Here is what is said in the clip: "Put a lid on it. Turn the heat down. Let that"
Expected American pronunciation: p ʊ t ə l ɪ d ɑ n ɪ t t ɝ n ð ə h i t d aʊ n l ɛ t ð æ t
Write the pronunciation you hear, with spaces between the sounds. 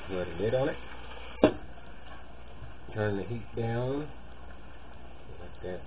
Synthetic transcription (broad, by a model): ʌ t ə n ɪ d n ɪ t t ɝ n ð ə h i t d aʊ n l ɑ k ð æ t